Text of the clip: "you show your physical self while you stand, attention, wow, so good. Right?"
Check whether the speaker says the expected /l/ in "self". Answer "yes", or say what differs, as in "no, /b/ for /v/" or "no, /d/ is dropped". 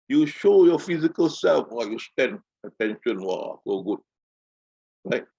yes